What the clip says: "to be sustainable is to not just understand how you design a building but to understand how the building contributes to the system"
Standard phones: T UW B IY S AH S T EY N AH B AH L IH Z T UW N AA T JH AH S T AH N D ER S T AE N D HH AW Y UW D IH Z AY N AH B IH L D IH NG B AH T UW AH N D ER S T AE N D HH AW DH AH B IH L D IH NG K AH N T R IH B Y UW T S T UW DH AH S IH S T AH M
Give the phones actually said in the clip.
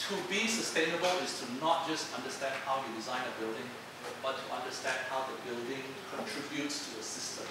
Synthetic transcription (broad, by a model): T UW B IY S AH S T EY N AH B AH L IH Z T UW N AA T JH AH S T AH N D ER S T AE N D HH AW Y UW D IH Z AY N AH B IH L D IH NG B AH T UW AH N D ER S T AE N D HH AW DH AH B IH L D IH NG K AH N T R IH B Y UW T S T UW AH S IH S T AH M